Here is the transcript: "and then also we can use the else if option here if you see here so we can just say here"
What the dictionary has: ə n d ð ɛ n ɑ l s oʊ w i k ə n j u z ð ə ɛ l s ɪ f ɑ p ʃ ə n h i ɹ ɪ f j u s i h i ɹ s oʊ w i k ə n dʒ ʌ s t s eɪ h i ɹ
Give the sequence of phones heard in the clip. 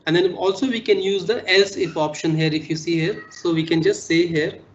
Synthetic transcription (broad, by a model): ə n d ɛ n ɑ l s oʊ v i k ə n j u z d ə ɛ l s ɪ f ɑ p ʃ ə n h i ɹ ɪ f j u s i h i ɹ s oʊ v i k ə n dʒ ʌ s t s eɪ h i ɹ